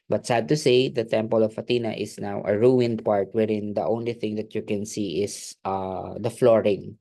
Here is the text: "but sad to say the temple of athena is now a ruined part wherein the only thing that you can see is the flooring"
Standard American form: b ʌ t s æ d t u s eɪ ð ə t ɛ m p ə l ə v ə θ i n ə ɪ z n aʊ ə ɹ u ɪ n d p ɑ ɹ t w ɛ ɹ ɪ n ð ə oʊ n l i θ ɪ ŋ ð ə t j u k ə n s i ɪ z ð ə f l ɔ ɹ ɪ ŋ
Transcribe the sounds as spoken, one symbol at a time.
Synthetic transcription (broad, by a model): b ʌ t s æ d t u s eɪ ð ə t ɛ m p ə l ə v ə t i n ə ɪ s n aʊ ə ɹ u ɪ n d p ɑ ɹ t w ɛ ɹ ɪ n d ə oʊ n l i θ ɪ ŋ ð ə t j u k ə n s i ɪ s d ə f l ɔ ɹ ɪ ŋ